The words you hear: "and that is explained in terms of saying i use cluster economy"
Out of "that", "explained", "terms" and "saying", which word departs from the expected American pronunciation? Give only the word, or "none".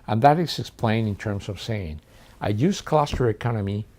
explained